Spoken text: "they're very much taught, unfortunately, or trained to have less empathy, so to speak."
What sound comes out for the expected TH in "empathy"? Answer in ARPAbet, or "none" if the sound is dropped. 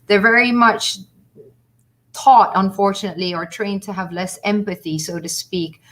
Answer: TH